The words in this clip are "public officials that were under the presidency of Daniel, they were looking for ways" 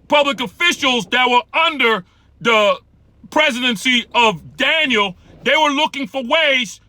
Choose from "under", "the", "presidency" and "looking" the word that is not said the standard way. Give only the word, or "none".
none